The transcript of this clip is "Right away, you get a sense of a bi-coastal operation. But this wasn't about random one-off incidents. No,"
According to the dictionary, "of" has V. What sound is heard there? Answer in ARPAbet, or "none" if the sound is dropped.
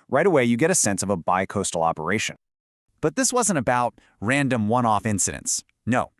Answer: V